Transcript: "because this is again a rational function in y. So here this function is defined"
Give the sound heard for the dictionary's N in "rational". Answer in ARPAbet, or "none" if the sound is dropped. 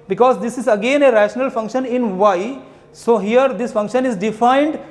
N